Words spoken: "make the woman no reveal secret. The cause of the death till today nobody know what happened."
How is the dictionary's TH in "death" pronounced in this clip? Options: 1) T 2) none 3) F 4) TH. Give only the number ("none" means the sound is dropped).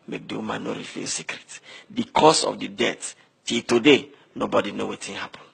1